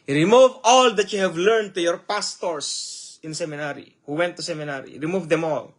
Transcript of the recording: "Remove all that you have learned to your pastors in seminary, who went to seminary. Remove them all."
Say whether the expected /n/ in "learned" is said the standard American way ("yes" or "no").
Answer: yes